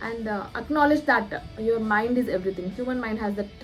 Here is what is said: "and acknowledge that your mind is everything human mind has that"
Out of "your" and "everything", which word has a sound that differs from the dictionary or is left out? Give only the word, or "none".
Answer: everything